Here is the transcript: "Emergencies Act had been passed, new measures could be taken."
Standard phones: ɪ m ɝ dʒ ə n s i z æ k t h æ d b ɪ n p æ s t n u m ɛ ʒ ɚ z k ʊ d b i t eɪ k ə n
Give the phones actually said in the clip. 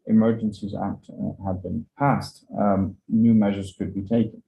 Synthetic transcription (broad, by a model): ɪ m ɝ dʒ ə n s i z æ k t h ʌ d b ɪ n p æ s t n u m ɛ ʒ ɚ z k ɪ d b i t eɪ k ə n